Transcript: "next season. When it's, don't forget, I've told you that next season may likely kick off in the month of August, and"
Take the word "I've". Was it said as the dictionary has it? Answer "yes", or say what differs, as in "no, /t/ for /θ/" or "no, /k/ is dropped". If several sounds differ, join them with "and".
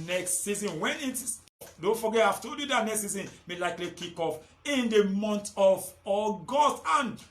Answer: no, /f/ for /v/